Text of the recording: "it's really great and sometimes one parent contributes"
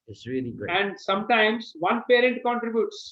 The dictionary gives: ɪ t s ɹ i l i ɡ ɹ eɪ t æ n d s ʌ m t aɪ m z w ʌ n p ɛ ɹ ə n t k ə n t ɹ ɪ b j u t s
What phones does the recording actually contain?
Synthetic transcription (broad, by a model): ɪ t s ɹ i l i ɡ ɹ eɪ æ n d s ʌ m t aɪ m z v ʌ n p ɛ ɹ ə n t k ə n t ɹ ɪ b j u t s